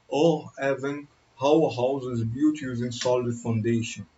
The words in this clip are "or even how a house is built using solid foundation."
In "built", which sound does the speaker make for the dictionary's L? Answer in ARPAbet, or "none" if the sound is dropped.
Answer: none